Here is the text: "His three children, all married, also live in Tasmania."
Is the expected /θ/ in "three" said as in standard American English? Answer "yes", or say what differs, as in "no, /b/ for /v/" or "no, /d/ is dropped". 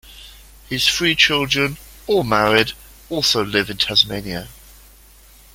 no, /f/ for /θ/